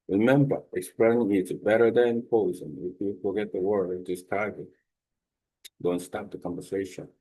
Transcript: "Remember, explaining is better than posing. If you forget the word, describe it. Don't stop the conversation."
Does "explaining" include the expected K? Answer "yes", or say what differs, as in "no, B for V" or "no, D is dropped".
yes